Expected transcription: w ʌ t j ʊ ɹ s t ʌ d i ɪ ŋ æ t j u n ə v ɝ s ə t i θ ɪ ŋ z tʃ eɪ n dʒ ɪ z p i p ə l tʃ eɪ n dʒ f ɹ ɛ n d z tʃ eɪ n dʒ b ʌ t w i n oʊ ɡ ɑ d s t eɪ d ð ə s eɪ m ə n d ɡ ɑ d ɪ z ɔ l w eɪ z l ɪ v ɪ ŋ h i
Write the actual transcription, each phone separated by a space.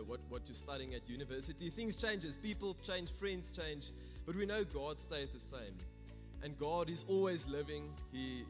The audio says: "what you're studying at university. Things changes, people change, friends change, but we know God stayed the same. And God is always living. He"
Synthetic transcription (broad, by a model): w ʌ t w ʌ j s t ʌ d i ɪ ŋ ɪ t j u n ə v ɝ s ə t i θ ɪ ŋ z tʃ eɪ n dʒ ɪ z p i p ə l tʃ eɪ n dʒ f ɹ ɛ n d z tʃ eɪ n dʒ b ʌ t w i n oʊ ɡ ɑ d s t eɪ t ð ə s eɪ m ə n ɡ ɑ d ɪ z ɔ l w eɪ z l ɪ v ɪ ŋ h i